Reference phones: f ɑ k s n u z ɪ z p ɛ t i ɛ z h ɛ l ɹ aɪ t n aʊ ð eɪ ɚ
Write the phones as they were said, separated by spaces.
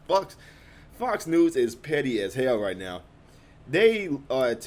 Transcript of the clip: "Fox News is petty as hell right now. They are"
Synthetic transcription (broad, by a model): f ɑ k s n u z ɪ z p ɛ t i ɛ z h ɛ l ɹ aɪ t n aʊ ð eɪ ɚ